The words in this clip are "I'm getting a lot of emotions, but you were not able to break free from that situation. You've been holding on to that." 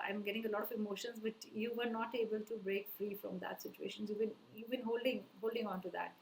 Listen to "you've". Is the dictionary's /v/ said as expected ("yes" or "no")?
no